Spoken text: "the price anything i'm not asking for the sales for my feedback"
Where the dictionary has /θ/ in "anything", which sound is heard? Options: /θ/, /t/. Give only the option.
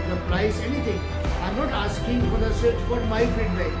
/t/